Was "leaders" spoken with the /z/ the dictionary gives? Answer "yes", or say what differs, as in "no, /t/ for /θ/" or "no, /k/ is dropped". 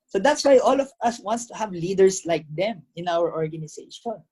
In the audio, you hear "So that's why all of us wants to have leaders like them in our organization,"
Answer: no, /s/ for /z/